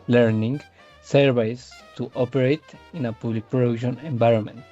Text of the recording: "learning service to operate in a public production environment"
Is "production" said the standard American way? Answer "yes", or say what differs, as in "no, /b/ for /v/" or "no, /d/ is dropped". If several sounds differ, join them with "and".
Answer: no, /k/ is dropped